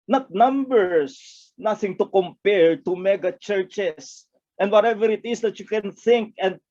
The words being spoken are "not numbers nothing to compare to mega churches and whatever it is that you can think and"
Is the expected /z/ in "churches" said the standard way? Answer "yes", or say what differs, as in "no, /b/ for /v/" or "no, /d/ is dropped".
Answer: no, /s/ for /z/